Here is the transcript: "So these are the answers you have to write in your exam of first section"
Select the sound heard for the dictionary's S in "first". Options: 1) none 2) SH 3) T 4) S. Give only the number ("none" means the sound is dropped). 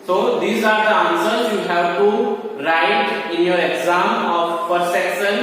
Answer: 1